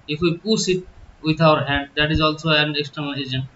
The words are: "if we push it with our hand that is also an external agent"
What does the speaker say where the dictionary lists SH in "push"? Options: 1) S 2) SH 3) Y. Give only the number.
1